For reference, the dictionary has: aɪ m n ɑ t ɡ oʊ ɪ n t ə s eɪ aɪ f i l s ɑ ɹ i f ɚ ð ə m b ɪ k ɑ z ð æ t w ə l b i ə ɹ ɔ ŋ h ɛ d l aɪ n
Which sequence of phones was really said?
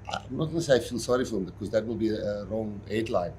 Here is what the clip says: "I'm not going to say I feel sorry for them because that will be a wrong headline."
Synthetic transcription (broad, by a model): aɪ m n ɑ t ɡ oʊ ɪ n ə s eɪ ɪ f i n s ɑ ɹ i f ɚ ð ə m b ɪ k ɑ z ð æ t w ə l b i ə ɹ ɔ ŋ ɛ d l aɪ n